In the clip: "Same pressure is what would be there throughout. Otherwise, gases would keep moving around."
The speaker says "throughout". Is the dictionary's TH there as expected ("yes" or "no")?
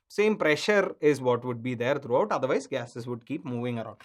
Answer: no